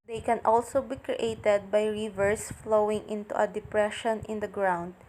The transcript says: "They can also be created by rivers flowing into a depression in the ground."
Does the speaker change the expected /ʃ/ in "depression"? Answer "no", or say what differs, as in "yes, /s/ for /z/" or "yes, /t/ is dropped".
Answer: no